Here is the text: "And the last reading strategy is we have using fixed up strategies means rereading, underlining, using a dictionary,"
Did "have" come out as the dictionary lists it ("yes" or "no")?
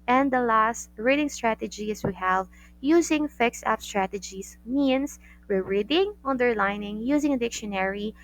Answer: yes